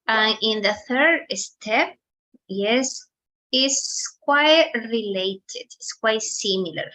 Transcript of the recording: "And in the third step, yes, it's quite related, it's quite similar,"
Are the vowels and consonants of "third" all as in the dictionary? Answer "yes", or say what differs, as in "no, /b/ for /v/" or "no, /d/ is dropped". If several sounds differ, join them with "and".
yes